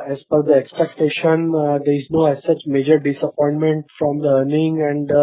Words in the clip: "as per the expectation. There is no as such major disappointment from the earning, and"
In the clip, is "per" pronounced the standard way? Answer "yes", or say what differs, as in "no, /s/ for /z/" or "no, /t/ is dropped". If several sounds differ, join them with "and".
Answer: no, /f/ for /p/